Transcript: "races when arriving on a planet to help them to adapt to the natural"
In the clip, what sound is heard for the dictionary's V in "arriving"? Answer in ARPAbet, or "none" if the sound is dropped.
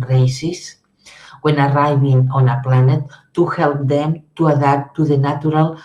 B